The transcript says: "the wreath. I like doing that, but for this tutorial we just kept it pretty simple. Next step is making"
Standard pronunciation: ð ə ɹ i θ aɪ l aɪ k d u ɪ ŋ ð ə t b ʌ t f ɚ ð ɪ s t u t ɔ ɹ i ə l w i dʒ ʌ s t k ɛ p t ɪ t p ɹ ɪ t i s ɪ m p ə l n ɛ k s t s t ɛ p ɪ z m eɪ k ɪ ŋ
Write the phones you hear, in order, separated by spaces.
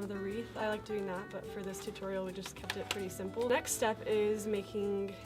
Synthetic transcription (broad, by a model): ð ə ɹ i θ aɪ l aɪ k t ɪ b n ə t b ʌ t f ɚ ð ɪ s t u t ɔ ɹ i l w i dʒ ʌ s k ɛ p t ɪ t p ɹ ɪ t i s ɪ m p l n ɛ k s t s t ɛ p ɪ z m eɪ k ɪ ŋ